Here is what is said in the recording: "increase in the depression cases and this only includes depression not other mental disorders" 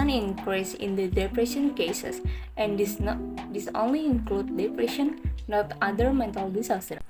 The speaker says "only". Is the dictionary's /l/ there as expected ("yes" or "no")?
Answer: yes